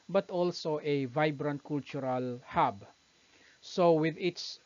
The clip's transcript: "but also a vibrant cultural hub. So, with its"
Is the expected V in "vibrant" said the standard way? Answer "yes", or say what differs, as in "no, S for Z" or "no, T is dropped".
yes